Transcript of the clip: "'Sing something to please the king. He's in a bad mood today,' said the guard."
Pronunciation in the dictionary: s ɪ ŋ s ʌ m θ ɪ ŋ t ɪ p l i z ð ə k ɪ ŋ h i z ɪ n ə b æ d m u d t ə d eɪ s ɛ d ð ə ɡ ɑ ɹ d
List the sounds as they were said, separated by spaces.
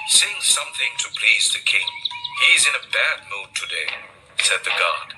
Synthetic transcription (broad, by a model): s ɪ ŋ s ʌ m θ ɪ ŋ t ɪ p l i z ð ə k ɪ ŋ h i z ɪ n ə b æ d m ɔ t ə d eɪ s ɛ d ð ə ɡ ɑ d